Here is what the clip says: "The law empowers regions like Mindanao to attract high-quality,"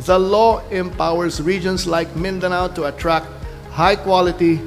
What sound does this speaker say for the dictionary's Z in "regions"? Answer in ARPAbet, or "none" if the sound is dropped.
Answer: S